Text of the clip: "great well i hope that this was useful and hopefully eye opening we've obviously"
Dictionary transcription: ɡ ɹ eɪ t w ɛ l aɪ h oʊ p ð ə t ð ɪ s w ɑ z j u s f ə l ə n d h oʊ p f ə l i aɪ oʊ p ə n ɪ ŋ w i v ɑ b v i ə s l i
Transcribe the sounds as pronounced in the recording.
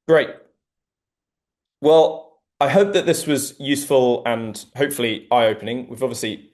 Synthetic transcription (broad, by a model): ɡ ɹ eɪ t w ɛ l aɪ h oʊ p ð ə t ð ɪ s w ɑ z j u s f ə l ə n h oʊ p f ə l i aɪ oʊ p ə n ɪ ŋ w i v ɑ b v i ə s l i